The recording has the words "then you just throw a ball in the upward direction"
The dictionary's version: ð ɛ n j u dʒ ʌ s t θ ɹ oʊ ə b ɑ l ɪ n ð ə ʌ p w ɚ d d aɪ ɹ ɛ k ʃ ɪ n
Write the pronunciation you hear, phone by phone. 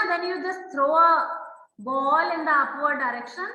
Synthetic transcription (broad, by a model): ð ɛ n j u dʒ ʌ s t t ɹ oʊ ə b ɑ l ɪ n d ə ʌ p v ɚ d d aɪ ɹ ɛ k ʃ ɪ n